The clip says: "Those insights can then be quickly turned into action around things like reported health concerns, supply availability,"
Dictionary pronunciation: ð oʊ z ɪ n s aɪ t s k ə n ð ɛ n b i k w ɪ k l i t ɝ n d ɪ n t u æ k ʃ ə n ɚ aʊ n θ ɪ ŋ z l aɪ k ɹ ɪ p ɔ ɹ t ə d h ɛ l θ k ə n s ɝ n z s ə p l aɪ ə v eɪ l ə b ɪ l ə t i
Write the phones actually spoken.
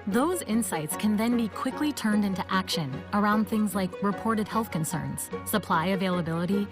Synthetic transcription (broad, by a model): ð oʊ z ɪ n s aɪ t s k ə n ð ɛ n b i k w ɪ k l i t ɝ n d ɪ n t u æ k ʃ ə n ɚ aʊ n θ ɪ ŋ z l aɪ k ɹ ɪ p ɔ ɹ t ə d h ɛ l θ k ə n s ɝ n z s ə p l aɪ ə v eɪ l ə b ɪ l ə t i